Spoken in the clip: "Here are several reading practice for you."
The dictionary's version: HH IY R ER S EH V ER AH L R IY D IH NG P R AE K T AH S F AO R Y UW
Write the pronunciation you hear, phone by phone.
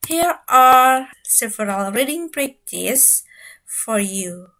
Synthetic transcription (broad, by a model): HH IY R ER S EH V ER AH L R IY D IH NG B R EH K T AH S F AO R Y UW